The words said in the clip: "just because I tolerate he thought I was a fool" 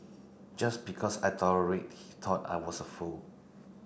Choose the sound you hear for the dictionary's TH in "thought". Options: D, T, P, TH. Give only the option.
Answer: T